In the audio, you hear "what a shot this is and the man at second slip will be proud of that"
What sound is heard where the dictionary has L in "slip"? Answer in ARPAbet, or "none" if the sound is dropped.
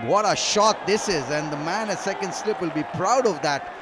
L